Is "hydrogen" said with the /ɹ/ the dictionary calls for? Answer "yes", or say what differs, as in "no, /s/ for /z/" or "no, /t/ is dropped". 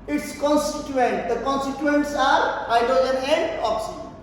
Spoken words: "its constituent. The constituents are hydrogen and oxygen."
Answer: no, /ɹ/ is dropped